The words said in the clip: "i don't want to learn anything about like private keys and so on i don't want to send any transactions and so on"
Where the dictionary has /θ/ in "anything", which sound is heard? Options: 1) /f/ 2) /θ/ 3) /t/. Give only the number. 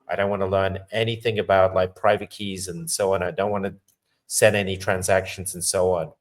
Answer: 2